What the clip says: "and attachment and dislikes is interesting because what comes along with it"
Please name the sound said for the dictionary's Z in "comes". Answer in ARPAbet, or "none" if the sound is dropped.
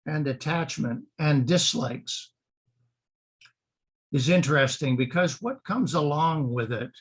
Z